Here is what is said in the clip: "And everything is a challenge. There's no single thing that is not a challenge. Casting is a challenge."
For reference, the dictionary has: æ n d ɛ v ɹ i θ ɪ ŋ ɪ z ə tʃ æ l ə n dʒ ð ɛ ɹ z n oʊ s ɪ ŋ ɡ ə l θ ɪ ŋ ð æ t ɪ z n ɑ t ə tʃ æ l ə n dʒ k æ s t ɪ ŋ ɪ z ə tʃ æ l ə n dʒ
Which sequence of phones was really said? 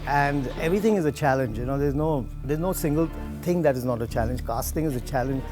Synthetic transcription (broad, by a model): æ n d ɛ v ɹ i t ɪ ŋ ɪ z ə tʃ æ l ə n dʒ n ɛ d z n oʊ s ɪ ŋ ɡ ə l t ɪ ŋ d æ t ɪ z n ɑ t ə tʃ æ l ə n dʒ k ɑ s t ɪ ŋ ɪ z ə tʃ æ l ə n dʒ